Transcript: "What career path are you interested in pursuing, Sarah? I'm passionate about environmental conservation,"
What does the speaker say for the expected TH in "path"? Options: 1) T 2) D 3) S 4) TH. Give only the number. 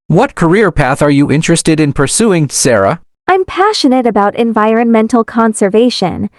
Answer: 4